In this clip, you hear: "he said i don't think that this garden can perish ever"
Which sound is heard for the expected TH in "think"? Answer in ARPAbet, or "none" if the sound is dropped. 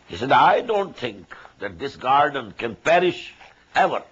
T